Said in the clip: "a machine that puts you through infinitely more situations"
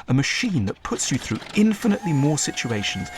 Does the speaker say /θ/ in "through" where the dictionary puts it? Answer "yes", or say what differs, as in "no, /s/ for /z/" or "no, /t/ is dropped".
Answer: yes